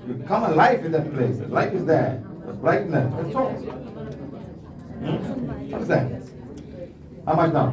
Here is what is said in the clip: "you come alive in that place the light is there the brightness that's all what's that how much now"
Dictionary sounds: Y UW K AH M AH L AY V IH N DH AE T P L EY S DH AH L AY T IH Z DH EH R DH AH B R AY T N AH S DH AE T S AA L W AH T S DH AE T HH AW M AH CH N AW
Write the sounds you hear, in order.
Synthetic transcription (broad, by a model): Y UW K AH M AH L AY F IH N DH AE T P L EY S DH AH L AY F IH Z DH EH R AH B L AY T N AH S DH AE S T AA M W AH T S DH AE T HH AW M AH CH N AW